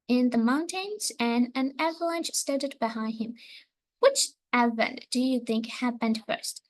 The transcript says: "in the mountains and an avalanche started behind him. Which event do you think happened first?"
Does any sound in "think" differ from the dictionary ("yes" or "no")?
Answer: no